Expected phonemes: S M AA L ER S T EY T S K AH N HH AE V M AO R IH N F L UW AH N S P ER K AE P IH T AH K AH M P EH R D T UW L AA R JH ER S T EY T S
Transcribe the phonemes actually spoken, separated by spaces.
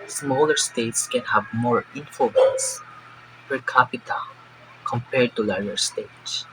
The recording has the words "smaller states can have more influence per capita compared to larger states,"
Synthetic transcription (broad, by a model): S M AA L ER S T EY T S K AH N HH AE V M AO R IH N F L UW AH N S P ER K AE P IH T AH K AH M P EH R D T UW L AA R ER S T EY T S